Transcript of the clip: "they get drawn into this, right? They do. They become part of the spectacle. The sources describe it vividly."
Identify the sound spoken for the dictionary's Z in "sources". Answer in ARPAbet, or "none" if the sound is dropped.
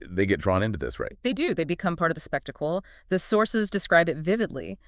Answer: Z